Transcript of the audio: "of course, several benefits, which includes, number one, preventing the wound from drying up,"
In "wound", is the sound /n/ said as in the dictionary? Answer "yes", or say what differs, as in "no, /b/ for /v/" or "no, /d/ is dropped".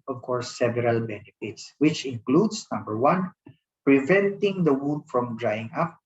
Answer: no, /n/ is dropped